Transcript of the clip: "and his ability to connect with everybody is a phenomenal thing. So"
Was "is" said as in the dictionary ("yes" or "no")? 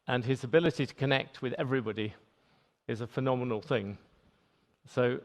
yes